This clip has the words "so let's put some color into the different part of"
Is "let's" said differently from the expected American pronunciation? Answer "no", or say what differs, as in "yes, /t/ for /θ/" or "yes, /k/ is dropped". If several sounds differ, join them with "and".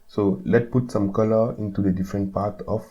yes, /s/ is dropped